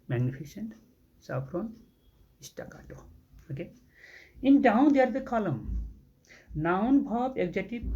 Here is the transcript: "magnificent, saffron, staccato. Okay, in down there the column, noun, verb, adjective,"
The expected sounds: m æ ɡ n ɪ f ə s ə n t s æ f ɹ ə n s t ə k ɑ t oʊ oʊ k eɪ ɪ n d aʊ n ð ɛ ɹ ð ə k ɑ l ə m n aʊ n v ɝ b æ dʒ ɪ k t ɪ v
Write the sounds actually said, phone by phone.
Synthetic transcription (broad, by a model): m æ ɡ n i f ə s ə n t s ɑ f ɹ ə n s t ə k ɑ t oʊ oʊ k eɪ ɪ n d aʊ n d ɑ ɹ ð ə k ɑ l ə m n aʊ n b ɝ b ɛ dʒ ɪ t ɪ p